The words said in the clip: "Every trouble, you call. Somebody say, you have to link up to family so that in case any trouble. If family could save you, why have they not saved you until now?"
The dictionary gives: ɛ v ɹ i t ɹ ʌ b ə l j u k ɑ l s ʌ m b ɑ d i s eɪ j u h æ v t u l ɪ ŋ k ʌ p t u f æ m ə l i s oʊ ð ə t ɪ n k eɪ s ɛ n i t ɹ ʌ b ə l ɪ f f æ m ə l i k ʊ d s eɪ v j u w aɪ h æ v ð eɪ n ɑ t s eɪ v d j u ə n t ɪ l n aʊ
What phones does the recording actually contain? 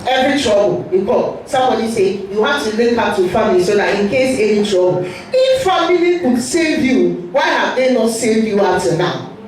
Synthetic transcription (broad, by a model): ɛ v ɹ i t ɹ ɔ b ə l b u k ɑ s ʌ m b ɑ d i s eɪ j u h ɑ f t u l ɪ k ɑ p t u f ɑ m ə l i s oʊ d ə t ɪ n k eɪ s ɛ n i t ɹ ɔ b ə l ɪ f f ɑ m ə l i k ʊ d s eɪ v j u w aɪ h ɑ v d eɪ n ɑ t s eɪ v d j u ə t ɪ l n aʊ